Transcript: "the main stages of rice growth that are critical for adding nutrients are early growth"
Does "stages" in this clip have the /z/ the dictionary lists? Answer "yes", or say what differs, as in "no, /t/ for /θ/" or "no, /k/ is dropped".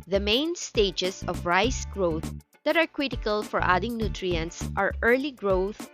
no, /s/ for /z/